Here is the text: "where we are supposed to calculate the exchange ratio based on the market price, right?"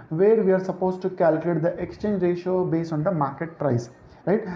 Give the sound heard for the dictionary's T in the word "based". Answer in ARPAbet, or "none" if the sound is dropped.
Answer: none